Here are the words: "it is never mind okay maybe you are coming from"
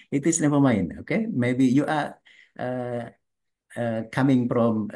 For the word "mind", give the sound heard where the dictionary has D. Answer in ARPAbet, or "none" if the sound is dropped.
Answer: none